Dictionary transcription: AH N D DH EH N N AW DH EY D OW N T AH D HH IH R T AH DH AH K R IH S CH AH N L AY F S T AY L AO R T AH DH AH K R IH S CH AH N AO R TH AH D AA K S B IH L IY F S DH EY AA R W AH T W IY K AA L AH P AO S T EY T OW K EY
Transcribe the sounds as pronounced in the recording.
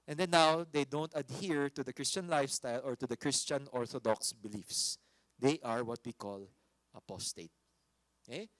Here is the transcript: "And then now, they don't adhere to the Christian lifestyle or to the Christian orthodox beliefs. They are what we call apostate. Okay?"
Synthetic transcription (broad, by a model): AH N D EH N N AW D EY D OW N T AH D HH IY R T AH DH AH K R IH S CH AH N L AY F S T AY L AO R T AH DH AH K R IH S CH AH N AO R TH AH D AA K S B IH L IY F S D EY AA R W AH T W IY K AA L AH P AO S T EY T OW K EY